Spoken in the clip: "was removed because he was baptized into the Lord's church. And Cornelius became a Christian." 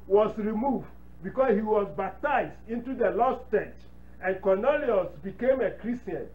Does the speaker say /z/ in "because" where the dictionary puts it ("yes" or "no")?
no